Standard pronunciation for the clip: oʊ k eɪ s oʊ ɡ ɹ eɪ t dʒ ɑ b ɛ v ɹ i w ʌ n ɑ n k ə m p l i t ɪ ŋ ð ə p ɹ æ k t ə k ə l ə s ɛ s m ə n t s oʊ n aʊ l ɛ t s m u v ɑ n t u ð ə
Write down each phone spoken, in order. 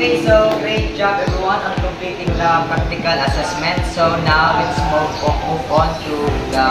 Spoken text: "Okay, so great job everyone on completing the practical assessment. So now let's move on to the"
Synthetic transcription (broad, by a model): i s oʊ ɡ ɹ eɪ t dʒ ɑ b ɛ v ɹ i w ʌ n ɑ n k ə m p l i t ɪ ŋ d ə p ɹ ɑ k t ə k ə l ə s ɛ s m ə n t s oʊ n aʊ w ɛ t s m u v ɑ n t u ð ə